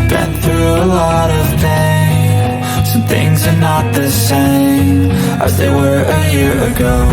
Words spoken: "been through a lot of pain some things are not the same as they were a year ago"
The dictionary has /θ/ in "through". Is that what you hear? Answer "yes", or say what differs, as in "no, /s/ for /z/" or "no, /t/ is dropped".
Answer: yes